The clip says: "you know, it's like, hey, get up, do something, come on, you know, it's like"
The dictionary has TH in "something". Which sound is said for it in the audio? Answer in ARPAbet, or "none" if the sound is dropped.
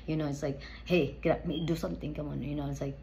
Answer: T